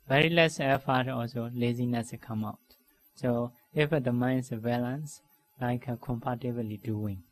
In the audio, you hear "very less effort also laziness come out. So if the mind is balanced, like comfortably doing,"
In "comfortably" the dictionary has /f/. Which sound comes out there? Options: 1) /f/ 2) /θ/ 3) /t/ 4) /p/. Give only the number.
4